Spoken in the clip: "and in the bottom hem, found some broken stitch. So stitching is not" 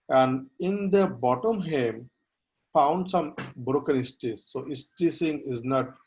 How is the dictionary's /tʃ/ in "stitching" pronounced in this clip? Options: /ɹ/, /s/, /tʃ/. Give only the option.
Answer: /s/